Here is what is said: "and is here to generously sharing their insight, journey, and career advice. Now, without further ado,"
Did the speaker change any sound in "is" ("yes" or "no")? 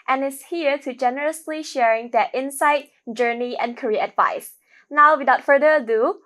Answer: yes